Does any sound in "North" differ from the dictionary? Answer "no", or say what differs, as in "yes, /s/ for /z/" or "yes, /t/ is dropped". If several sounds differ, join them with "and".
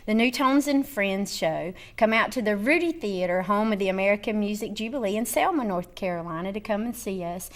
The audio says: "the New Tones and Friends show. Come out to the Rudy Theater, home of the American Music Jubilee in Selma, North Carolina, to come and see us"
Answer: no